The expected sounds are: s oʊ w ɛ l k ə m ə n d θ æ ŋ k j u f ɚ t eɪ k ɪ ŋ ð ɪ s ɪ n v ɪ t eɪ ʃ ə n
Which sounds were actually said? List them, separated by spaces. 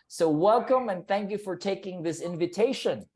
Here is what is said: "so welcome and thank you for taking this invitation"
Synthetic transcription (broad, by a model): s oʊ w ɛ l k ə m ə n θ æ ŋ k j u f ɚ t eɪ k ɪ ŋ ð ɪ s ɪ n v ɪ t eɪ ʃ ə n